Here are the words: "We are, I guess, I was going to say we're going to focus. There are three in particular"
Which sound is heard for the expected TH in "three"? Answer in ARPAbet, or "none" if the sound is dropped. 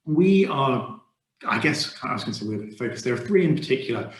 TH